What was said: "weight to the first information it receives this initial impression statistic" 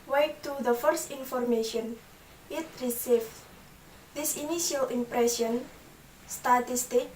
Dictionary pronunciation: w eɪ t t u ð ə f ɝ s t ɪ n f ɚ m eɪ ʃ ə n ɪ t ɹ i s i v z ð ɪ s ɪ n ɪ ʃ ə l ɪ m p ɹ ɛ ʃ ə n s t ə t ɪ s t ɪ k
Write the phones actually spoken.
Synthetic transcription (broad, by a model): w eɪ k t u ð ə f ɝ s t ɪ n f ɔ m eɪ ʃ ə n ɪ t ɹ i s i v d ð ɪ s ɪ n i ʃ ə l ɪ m p ɹ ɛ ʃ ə n s t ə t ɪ s t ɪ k